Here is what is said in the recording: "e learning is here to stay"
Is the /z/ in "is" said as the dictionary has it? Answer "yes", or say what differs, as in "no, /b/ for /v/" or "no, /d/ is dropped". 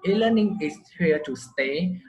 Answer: no, /s/ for /z/